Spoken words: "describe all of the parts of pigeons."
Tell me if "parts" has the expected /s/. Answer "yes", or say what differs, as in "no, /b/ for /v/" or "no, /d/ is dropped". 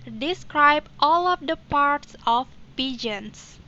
yes